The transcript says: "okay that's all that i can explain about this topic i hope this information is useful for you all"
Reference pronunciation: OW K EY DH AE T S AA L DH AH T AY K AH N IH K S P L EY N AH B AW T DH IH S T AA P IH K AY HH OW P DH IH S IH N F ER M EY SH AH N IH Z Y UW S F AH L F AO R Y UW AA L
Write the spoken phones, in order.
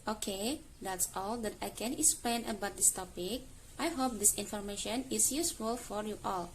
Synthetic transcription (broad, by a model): OW K EY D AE T S AA L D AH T AY K AH N IH K S P L EY N AH B AW T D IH S T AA P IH K AY HH OW P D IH S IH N F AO M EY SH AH N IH S Y UW S F AH L F AO R Y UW AA L